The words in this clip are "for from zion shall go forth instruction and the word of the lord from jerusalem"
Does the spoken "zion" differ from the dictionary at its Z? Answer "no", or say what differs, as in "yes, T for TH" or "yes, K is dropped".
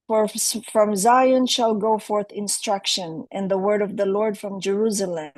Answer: no